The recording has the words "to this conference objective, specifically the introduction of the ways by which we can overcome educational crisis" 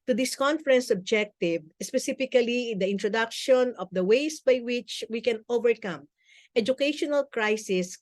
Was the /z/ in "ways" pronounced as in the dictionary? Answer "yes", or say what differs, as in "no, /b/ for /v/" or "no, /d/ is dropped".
no, /s/ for /z/